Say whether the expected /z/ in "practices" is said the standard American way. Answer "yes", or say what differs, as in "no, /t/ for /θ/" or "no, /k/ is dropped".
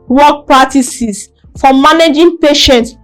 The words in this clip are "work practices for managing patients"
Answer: no, /s/ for /z/